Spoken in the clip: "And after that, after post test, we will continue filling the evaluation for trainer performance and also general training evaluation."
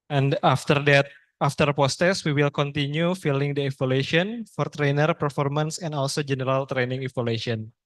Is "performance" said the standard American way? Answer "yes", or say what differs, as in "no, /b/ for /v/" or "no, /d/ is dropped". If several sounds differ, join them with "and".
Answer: yes